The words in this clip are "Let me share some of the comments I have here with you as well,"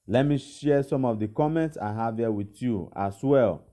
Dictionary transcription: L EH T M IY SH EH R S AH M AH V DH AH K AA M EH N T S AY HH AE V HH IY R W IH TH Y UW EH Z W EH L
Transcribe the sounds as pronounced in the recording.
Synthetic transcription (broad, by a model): L EH T M IY SH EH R S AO M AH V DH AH K AA M EH N T S AY HH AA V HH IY W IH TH Y UW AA S W EH L